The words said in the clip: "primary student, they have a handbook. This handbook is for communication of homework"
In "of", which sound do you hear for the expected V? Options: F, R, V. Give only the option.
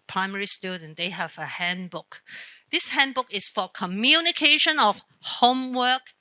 F